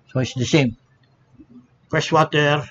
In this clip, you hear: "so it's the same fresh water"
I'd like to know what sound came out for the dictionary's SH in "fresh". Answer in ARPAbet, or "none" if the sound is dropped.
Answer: S